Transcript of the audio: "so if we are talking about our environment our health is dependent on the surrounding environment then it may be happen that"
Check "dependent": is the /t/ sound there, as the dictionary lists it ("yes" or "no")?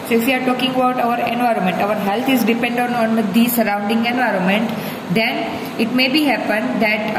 no